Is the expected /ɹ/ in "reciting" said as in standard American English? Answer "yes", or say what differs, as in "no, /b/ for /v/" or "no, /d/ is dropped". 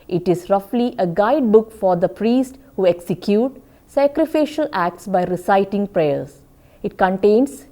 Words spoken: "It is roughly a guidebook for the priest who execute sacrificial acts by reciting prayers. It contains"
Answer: yes